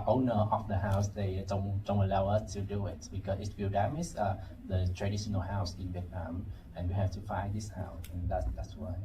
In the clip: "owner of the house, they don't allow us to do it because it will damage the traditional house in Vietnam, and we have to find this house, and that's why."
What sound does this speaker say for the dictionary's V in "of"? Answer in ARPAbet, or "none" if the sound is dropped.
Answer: F